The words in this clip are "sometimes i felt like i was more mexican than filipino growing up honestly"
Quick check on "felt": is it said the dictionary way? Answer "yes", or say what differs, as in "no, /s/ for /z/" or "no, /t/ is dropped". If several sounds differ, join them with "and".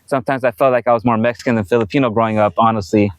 yes